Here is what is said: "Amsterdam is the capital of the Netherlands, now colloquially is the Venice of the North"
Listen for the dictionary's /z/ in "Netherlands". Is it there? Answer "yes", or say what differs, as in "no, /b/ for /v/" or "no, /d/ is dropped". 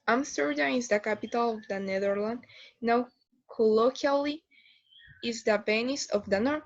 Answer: no, /z/ is dropped